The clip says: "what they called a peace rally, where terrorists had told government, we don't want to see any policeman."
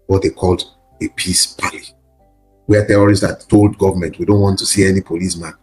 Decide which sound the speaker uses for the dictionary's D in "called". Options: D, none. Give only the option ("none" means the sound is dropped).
D